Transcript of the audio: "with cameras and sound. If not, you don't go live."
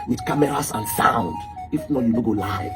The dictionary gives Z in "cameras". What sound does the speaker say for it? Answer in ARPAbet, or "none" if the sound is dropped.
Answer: S